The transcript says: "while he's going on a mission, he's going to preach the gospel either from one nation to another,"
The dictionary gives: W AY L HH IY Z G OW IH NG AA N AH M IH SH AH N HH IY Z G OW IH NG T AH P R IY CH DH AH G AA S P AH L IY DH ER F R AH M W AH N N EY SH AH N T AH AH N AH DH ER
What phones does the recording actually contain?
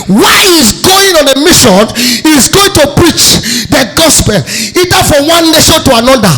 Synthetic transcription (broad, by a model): W AY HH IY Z G OW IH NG AA N AH M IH SH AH N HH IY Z G OW IH NG T AH P R IY CH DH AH G AA S P AH L IY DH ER F R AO M W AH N N EY SH AH N T AH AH N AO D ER